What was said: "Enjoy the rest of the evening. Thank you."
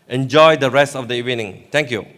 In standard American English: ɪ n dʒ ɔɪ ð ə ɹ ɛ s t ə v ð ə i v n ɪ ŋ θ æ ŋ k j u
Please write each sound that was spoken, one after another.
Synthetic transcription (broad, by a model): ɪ n dʒ ɔɪ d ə ɹ ɛ s t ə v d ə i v n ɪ ŋ t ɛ ŋ k j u